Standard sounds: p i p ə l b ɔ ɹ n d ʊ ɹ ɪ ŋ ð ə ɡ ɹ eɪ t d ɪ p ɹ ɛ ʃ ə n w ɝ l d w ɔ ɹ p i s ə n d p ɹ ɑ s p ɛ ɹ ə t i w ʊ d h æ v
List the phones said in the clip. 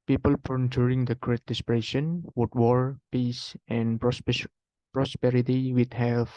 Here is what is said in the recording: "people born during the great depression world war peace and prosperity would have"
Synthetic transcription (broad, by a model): p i p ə l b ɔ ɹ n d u ɹ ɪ ŋ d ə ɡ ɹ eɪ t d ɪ p ɹ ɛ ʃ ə n w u d w ɔ ɹ p i s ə n p ɹ ɑ s p ɛ ɹ ə t i w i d h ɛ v